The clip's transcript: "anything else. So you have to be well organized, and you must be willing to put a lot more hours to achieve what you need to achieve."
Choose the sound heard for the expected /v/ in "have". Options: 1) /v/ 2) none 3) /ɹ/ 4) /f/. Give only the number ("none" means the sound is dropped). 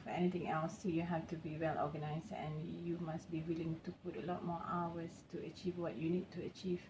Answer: 4